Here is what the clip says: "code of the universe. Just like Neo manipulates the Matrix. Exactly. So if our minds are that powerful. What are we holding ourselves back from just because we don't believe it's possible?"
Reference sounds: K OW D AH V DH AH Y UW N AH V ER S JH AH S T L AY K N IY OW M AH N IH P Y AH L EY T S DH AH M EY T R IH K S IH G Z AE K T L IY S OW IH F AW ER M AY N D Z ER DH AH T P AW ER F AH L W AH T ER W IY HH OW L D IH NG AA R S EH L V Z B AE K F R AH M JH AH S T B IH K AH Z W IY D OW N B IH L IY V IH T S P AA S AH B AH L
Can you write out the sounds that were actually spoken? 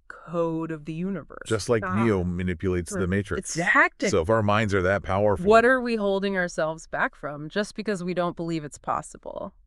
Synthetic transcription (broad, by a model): K OW D AH V DH AH Y UW N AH V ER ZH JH AH S T L AY K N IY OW M AH N IH P Y AH L EY T S DH AH M EY IH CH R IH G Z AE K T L S OW IH F AW ER M AY N D Z ER DH AH T P AW ER F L W AH T ER W IY HH OW L D IH NG AA R S EH L V Z B AE K F R AH M JH AH S B IH K AH Z W IY D OW N B IH L IY V IH T S P AA S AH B L